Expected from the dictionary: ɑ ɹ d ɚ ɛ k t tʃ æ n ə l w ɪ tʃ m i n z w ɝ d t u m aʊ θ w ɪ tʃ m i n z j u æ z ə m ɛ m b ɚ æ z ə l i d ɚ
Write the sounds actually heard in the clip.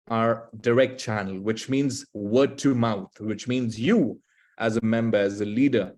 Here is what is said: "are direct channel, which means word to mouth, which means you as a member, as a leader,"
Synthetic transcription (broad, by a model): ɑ ɹ d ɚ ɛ k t tʃ æ n ə l w ɪ tʃ m i n z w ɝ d t u m aʊ t w ɪ tʃ m i n z j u æ z ə m ɛ m b ɚ æ z ə l i d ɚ